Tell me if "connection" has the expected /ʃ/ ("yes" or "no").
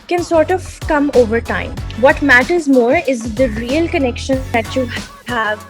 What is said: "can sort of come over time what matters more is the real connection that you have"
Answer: yes